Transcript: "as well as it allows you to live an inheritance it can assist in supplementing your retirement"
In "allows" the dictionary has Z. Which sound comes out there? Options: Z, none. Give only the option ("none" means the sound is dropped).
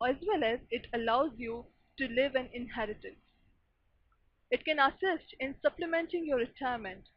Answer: Z